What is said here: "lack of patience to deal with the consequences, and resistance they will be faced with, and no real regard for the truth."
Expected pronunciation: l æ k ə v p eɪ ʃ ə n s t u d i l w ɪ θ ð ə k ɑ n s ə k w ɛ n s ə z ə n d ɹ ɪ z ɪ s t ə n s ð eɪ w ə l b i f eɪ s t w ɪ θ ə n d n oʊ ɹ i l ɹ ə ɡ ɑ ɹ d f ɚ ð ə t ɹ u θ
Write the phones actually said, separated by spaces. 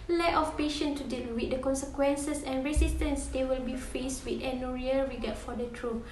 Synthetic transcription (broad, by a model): l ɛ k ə f p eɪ ʃ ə n t u d i l w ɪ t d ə k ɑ n s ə k w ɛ n s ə s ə n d ɹ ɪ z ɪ s t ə n s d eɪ w ə l b i f eɪ s t w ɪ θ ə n n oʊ ɹ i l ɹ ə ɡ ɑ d f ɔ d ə t ɹ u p